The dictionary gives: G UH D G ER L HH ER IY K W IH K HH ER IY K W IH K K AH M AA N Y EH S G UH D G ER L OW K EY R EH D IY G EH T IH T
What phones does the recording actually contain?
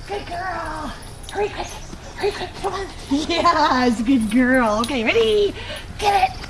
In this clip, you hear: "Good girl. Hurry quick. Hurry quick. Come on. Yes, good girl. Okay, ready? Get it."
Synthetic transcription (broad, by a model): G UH D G ER L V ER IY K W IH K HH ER IY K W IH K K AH AA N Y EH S G UH D G ER L OW K EY R EH D IY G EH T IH T